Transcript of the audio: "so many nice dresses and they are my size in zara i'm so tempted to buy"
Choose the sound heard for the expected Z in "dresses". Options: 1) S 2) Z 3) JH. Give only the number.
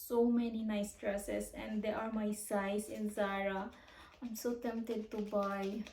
1